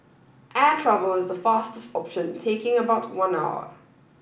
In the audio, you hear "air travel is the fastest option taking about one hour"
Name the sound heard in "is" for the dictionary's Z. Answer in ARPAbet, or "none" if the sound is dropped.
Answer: Z